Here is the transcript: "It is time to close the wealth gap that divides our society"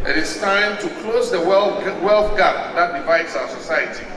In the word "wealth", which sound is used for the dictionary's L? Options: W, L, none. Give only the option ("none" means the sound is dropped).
L